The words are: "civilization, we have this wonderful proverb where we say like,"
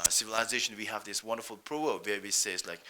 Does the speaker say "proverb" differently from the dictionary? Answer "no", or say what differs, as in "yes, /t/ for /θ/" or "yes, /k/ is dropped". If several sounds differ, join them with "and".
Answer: yes, /v/ is dropped